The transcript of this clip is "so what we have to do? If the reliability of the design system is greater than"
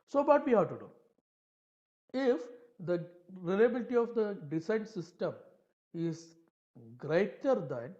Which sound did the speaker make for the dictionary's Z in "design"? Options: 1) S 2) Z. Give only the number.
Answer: 1